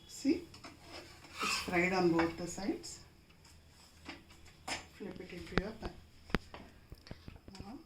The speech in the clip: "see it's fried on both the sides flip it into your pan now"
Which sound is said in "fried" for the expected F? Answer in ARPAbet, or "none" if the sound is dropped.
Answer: P